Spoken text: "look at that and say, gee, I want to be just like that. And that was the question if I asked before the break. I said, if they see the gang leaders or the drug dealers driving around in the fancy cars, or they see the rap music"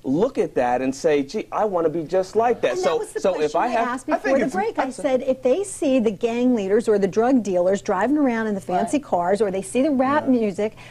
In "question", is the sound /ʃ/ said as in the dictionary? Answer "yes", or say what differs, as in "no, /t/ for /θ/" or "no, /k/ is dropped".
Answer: no, /ʃ/ is dropped